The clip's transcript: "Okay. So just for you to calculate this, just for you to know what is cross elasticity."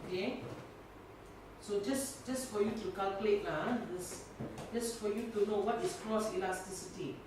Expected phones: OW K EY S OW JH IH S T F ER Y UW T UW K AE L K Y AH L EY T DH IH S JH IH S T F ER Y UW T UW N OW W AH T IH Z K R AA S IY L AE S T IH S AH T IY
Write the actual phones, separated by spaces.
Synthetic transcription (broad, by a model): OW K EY S OW JH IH S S F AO Y UW T UW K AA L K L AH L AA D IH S JH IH S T F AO Y UW T UW N OW W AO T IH S K R AA S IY L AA S T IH S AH T IY